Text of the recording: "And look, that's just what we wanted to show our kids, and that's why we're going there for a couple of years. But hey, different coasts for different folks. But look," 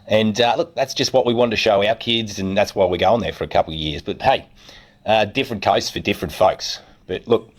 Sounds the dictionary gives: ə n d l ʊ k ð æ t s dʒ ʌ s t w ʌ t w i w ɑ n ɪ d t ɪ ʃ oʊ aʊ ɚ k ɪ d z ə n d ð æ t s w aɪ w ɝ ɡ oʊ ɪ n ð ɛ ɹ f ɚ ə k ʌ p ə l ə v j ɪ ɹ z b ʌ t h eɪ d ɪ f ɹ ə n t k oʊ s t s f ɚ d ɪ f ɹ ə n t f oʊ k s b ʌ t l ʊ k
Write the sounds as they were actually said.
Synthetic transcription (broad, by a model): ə n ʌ l ʊ k ð æ t s dʒ ʌ s t w ʌ t w i w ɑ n t ɪ ʃ oʊ aʊ ɚ k ɪ d z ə n ð æ t s w aɪ w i ɡ oʊ ɪ n ð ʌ ɹ f ɚ ə k ʌ p l ə v j ɪ ɹ z b ʌ t h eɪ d ɪ f ɹ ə n k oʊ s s f ɚ d ɪ f ɹ ə n t f oʊ k s b ʌ t l ʊ k